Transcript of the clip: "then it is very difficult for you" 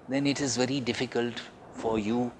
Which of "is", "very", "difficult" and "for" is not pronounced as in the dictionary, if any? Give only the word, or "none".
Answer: none